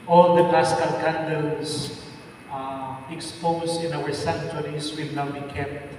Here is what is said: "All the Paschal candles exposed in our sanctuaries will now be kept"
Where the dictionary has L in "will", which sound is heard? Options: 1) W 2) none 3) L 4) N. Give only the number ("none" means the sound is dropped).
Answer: 3